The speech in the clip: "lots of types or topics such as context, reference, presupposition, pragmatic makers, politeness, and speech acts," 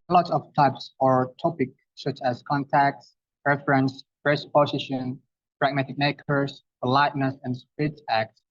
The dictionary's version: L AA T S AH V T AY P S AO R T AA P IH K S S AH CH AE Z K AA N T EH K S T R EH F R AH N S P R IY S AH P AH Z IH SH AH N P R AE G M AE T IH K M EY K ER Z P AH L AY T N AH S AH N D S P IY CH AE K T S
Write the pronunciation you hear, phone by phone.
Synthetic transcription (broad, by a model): L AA T S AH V T AY P S AO R T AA P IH K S S AH CH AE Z K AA N T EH K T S R EH F R AH N S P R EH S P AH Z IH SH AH N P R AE G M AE T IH K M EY K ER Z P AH L AY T N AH S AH N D S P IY S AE K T S